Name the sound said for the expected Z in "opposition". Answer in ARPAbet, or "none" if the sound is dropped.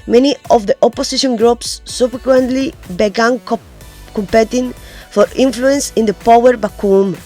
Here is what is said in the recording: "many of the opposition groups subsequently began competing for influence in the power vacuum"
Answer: S